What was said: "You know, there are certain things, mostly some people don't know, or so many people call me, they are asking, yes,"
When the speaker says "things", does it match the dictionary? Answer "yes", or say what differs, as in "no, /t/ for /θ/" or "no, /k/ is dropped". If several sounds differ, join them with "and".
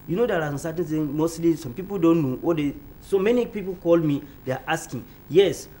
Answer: no, /z/ is dropped